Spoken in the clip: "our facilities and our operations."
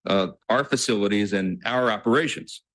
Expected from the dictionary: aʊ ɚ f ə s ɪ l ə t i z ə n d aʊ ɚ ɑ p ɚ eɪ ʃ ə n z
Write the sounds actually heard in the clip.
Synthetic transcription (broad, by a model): aʊ ɚ f ə s ɪ l ə t i z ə n aʊ ɚ ɑ p ɚ eɪ ʃ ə n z